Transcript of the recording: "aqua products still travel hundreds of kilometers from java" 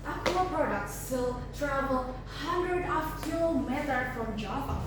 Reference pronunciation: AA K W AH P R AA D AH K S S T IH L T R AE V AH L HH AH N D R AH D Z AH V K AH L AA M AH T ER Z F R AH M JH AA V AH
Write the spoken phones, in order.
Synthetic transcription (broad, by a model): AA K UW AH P R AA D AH K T S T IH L T R AE V AH L HH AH N D R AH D AH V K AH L M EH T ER F R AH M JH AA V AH